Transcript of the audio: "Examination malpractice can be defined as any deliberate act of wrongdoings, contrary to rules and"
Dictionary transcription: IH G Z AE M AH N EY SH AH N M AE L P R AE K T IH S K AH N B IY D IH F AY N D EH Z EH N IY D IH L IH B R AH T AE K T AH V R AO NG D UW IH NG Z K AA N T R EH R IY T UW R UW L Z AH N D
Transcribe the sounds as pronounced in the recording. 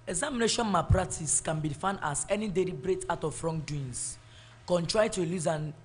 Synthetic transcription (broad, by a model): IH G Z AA M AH N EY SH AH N M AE P R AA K T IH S K AH N B IY F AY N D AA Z EH N IY D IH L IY B R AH T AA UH T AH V R AO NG D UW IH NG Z K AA N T R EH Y T UW L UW Z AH N